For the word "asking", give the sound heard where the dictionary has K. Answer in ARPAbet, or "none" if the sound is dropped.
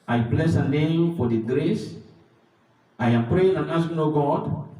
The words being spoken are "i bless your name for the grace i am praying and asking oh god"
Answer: none